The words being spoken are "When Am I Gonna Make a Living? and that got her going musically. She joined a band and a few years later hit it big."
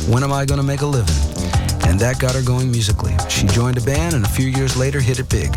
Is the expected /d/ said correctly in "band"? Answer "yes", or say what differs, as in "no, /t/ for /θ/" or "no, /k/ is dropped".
no, /d/ is dropped